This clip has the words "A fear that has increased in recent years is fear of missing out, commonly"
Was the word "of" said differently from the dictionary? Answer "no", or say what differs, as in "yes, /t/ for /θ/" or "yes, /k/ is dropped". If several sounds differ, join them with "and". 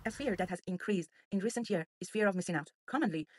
no